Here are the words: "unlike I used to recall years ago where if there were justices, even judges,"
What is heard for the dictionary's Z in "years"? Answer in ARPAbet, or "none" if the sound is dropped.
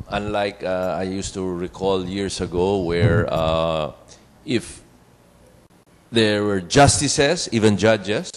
S